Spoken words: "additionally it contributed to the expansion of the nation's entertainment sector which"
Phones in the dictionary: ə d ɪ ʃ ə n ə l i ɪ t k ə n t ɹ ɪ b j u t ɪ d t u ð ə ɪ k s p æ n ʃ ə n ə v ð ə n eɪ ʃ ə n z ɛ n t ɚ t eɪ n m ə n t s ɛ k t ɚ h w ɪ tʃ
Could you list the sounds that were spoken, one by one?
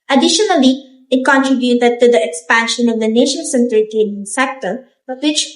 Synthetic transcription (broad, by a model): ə d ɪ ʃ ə n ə l i ɪ t k ə n t ɹ ɪ b j u t ɪ d t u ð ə ɪ k s p æ n ʃ ə n ə v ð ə n eɪ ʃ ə n s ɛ n t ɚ t eɪ n ə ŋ s ɛ k t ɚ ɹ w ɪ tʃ